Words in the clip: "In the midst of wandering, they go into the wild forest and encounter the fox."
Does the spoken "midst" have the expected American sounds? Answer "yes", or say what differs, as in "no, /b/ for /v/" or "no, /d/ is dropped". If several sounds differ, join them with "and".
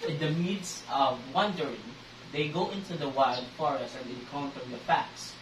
no, /t/ is dropped